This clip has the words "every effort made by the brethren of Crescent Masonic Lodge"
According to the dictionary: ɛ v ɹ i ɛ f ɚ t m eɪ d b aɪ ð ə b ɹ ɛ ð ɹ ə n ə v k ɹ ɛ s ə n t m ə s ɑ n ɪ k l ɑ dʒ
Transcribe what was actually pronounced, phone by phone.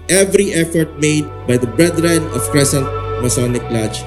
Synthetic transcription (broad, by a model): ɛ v ɹ i ɛ f ɚ t m eɪ d b aɪ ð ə b ɹ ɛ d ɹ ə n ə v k ɹ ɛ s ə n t m ə s ɑ n ɪ k l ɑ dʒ